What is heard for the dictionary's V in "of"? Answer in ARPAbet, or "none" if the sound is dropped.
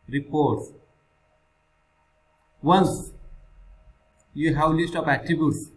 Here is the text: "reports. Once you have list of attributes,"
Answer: P